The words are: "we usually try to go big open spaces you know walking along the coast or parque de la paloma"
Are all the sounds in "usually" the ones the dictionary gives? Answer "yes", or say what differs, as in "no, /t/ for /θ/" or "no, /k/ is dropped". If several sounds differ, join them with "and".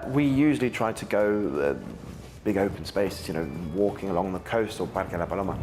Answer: yes